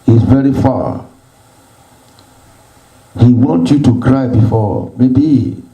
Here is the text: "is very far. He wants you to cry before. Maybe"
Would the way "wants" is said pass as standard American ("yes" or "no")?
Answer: no